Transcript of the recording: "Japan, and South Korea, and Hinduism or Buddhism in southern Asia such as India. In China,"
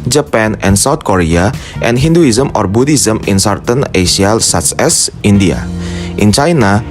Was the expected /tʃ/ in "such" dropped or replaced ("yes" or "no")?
yes